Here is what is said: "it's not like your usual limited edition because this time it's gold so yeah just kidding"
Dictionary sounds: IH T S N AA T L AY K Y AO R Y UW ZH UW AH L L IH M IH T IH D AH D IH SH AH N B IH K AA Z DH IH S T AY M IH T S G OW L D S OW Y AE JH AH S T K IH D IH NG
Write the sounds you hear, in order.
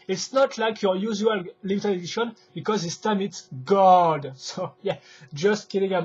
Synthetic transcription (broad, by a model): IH T S N AA T L AY K Y AO R Y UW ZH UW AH L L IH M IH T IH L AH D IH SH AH N B IH K AA Z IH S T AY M IH T S G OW D S OW Y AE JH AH S T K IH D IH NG